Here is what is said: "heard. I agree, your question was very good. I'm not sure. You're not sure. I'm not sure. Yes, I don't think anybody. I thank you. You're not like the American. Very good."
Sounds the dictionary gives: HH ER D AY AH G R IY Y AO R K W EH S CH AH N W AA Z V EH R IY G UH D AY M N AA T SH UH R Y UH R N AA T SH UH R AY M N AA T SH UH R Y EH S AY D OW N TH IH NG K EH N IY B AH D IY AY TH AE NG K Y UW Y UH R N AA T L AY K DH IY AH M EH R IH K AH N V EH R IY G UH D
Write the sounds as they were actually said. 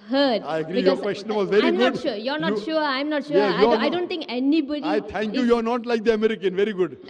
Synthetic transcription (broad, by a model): HH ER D AY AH G R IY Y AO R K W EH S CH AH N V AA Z V EH R IY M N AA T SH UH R Y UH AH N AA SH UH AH AY M N AA T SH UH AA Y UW AY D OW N T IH NG K EH N IY B AH D IY AY T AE NG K Y UW Y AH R N AA T L AY K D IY AH M EH R IH K AH N V EH R IY G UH D